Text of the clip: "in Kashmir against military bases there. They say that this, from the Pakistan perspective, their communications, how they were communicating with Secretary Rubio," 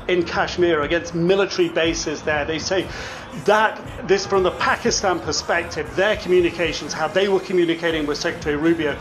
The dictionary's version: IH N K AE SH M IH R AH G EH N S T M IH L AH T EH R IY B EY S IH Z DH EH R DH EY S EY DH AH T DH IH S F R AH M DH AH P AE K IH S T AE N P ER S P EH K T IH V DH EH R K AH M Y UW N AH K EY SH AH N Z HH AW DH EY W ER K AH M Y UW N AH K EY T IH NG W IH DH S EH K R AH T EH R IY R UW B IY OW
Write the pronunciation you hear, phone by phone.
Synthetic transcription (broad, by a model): IH N K AE SH M IH R AH G EH N S T M IH L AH T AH R IY B EY S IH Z DH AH R DH EY S EY DH AH T DH IH S F R AH M DH AH P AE K IH S T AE N P ER S P EH K T IH V DH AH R K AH M Y UW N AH K EY SH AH N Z HH AW DH EY W ER K AH M Y UW N AH K EY T IH NG W IH DH S EH K R AH T EH R IY R UW B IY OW